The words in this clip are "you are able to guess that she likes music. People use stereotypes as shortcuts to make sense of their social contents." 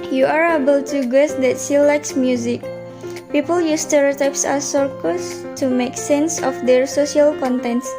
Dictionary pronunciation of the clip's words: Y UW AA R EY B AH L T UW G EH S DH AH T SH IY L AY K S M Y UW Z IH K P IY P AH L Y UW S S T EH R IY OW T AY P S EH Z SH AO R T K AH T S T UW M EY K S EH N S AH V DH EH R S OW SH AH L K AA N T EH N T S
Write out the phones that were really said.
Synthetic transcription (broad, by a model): Y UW AA R EY B AH L T UW G EH S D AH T S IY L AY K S M Y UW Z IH K P IY P AH L Y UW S S T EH R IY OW T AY P S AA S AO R K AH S T UW M EY K S EH N S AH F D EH R S OW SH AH L K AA N T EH N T S